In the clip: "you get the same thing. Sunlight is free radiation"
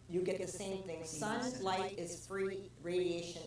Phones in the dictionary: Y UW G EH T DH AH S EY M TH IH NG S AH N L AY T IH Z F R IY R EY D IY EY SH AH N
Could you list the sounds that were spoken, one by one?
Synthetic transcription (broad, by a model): Y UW G EH T DH AH S EY M TH IH NG S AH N L AY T IH Z F R IY R EY D IY EY SH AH N